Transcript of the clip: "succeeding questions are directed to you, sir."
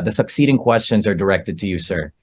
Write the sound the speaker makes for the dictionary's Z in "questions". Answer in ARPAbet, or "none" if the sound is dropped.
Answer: Z